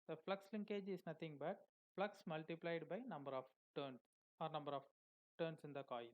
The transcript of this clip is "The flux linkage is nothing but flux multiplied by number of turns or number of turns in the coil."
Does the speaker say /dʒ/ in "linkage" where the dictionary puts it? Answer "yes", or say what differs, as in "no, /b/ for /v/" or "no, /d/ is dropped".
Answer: yes